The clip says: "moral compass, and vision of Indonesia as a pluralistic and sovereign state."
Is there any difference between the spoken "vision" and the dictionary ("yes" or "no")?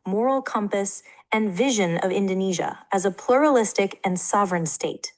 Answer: no